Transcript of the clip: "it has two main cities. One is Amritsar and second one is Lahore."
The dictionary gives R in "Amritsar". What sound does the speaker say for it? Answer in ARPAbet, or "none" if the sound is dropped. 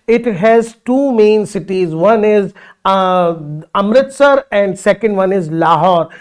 R